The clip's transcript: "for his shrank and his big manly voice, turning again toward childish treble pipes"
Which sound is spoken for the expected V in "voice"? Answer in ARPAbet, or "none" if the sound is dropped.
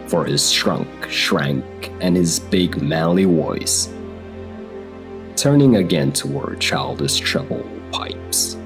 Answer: W